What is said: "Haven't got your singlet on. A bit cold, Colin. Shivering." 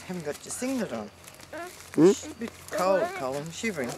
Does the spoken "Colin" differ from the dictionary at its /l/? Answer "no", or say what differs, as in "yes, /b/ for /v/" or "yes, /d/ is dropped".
no